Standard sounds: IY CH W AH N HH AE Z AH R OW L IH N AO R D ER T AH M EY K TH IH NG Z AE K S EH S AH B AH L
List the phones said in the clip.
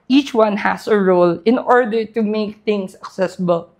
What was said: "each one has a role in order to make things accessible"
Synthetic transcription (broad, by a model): IY CH W AH N HH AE S AH R OW L IH N AO R D ER T AH M EY K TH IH NG S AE K S EH S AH B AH L